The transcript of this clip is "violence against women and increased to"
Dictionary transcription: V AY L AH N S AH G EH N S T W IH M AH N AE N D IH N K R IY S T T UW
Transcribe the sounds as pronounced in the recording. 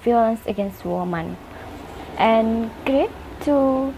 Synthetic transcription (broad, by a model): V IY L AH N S AH G EH N S T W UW M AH N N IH N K R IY T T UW